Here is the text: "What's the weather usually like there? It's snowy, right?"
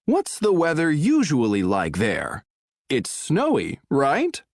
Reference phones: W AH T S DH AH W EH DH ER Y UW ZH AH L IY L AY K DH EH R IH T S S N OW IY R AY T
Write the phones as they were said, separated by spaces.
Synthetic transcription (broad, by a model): W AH T S DH AH W EH DH ER Y UW ZH AH L IY L AY K DH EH R IH T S S N OW IY R AY T